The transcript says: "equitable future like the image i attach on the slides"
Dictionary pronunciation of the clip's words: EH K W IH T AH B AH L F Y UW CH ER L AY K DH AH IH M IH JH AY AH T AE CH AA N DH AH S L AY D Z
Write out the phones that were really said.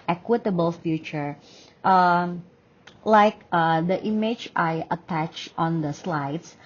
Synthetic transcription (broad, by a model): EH K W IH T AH B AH L F Y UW CH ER L AY K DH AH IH M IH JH AY AH T AE CH AA N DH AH S L AY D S